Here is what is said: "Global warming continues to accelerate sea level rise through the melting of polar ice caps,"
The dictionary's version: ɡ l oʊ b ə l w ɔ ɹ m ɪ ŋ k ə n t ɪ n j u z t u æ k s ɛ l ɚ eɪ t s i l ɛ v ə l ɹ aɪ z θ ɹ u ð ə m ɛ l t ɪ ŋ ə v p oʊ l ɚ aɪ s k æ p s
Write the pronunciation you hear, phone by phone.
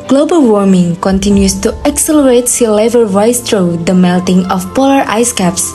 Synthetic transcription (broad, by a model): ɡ l oʊ b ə l w ɔ ɹ m ɪ ŋ k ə n t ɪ n j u s t u æ k s ɛ l ɚ eɪ t s i l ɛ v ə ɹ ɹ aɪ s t ɹ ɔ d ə m ɛ l t ɪ ŋ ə f p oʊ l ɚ aɪ s k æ p s